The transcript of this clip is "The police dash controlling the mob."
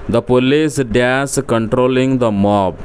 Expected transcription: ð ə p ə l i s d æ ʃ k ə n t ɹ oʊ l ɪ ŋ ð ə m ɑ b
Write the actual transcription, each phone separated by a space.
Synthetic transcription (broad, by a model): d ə p ə l i s d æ s k ə n t ɹ oʊ l ɪ ŋ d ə m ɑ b